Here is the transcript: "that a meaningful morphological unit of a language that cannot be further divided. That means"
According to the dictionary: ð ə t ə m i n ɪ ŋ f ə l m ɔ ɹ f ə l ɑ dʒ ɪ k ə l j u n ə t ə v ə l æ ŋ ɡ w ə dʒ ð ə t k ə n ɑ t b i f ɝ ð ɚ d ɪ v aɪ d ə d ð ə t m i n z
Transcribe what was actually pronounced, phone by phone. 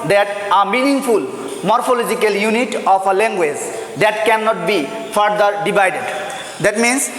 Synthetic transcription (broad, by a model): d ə t ə m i n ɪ ŋ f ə l m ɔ ɹ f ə l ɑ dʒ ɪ k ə l j u n ə t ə p ə l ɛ ŋ ɡ w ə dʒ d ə t k ə n ɑ t b i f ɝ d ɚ d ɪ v aɪ d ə d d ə t m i n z